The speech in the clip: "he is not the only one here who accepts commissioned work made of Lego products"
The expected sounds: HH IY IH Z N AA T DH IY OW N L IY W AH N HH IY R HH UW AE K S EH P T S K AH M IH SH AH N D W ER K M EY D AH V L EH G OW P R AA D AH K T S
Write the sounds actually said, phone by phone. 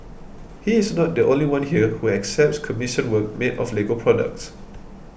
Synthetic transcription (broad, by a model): HH IY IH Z N AA T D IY OW N L IY W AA N HH IY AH HH UW AE K S EH P T S K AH M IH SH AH N W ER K M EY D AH F L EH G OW P R AA D AH K T S